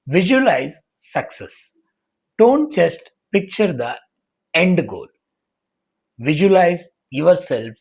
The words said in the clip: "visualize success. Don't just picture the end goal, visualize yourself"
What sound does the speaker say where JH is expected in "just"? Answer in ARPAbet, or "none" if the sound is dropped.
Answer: CH